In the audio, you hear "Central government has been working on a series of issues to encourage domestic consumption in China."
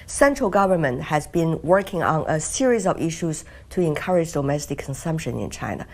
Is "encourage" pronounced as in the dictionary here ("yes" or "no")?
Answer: yes